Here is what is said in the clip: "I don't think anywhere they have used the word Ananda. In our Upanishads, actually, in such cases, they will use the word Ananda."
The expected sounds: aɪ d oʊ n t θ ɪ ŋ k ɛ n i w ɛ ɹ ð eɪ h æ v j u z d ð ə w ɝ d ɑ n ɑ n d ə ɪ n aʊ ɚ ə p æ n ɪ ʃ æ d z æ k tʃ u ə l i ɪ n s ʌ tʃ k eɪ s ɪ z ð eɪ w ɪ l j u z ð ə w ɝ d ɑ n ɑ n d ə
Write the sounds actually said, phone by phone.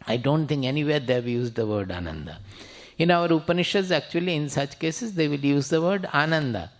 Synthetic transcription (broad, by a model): aɪ d oʊ n t t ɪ ŋ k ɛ n i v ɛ ɹ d eɪ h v j u z d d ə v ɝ d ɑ n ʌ n d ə ɪ n aʊ ɚ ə p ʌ n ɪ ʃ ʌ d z æ k tʃ u ə l i ɪ n s ʌ tʃ k eɪ s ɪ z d eɪ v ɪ l j u z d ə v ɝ d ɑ n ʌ n d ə